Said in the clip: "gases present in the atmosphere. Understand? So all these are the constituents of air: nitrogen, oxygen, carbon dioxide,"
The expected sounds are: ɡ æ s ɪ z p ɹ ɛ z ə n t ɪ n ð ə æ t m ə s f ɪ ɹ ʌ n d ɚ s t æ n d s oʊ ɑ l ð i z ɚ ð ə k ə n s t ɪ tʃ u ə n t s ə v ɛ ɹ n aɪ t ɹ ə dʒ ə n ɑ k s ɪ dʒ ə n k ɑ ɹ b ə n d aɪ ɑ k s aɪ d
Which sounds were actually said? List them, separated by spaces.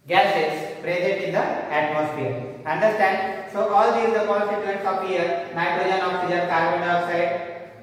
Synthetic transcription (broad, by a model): ɡ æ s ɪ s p ɹ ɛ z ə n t ɪ n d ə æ t m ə s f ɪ ɹ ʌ n d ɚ s t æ n d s oʊ ɑ l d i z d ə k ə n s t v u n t s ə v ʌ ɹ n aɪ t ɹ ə ə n ɑ k s ɪ dʒ ə n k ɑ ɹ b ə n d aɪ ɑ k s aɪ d